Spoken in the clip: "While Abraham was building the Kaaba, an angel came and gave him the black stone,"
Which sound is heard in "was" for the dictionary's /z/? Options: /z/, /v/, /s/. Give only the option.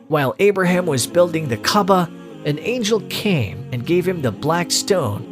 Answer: /z/